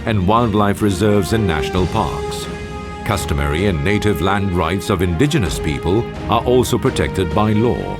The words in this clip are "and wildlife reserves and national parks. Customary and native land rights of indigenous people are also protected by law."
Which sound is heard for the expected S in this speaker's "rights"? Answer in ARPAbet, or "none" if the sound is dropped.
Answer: S